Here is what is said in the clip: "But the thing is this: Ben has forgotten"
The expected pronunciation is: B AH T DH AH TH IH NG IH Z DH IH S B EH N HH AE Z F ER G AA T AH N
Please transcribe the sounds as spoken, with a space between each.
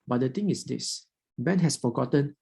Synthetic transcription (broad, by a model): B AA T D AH T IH NG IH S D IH S B EH N HH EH S F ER G AA T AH N